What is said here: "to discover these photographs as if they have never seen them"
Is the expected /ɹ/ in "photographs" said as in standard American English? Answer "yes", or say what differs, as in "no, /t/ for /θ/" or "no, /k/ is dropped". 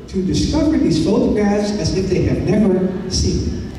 no, /ɹ/ is dropped